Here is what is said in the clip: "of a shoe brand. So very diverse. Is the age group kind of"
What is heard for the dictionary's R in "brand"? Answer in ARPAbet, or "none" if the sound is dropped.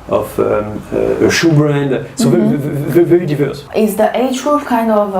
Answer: R